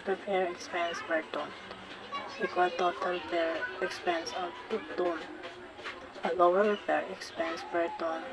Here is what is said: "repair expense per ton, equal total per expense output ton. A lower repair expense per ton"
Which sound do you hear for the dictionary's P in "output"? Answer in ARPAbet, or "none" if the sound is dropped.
none